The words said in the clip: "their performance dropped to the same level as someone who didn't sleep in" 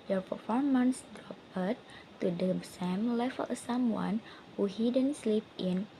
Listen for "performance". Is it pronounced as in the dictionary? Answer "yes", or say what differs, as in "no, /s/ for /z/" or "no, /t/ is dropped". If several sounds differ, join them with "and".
yes